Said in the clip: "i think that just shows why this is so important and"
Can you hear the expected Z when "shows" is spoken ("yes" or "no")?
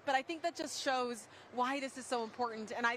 yes